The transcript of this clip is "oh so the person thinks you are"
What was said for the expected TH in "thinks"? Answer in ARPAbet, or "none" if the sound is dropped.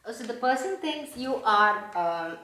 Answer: T